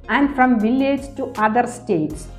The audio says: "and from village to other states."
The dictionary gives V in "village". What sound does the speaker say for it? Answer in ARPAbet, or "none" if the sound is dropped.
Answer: V